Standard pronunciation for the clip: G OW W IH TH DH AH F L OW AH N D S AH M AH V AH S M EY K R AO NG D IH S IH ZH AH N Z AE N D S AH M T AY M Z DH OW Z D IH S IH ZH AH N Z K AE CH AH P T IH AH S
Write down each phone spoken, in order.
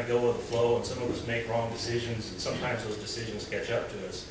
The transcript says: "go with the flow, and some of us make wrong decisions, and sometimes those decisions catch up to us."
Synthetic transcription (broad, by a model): G OW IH DH AH F L OW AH N S AH M AH V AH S M EY K R AO NG D IH S IH ZH AH N Z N S AH M T AY M Z DH OW Z D IH S IH ZH AH N Z K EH CH AH P T IH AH S